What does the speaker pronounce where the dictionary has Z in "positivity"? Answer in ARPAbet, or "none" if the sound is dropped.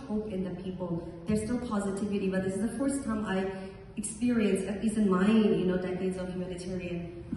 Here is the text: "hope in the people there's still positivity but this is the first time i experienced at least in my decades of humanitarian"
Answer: Z